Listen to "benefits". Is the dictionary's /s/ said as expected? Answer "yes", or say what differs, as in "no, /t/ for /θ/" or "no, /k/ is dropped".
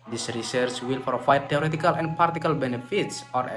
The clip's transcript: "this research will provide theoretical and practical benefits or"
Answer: yes